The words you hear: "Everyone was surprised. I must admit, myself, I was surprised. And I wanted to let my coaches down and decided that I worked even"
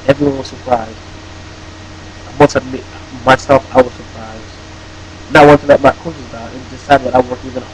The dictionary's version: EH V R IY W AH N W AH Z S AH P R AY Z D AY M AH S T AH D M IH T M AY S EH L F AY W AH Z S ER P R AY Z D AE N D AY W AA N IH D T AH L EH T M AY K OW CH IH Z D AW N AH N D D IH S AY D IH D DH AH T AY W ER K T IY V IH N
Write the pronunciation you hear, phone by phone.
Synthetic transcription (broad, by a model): EH V R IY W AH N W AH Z S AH P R AY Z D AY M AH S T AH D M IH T M AY S EH L F AY W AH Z S ER P R AY Z D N AY W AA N T AH L EH T M AY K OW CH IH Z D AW AH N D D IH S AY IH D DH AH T AY W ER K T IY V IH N